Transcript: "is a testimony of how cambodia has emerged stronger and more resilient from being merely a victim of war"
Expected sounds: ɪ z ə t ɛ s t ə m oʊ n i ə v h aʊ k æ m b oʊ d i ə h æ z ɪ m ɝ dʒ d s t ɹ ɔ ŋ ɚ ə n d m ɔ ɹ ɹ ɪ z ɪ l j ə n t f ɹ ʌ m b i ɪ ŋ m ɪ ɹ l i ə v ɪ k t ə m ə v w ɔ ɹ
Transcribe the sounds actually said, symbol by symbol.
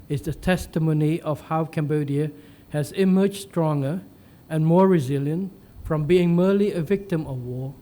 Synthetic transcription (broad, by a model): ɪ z ə t ɛ s t ə m oʊ n i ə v h aʊ k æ m b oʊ d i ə h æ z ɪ m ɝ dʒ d s t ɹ ɔ ŋ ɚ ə n m ɔ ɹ ɹ ɪ z ɪ l j ə n t f ɹ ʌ m b i ɪ ŋ m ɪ l i ə v ɪ k t ə m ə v w ɔ